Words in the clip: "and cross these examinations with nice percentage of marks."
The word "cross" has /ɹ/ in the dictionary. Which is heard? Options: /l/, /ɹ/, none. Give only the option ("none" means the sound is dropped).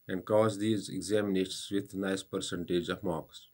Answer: none